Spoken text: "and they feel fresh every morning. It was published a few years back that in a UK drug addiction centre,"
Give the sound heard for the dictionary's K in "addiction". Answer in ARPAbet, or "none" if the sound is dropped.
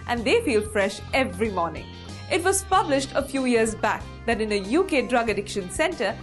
K